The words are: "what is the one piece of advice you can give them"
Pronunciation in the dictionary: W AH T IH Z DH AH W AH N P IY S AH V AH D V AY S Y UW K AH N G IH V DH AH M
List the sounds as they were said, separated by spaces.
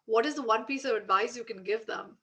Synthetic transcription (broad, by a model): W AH T IH Z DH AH W AH N P IY S AH V AH D V AY S Y UW K AH N G IH V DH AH M